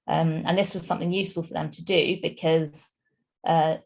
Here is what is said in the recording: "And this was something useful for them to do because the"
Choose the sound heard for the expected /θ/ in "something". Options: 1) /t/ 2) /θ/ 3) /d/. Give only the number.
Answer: 2